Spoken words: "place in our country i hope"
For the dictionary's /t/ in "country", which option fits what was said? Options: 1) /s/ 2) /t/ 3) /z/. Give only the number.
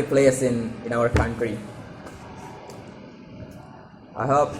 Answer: 2